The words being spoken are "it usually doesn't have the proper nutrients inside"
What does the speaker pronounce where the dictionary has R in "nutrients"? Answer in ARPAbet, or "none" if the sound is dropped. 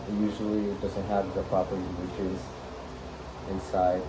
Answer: none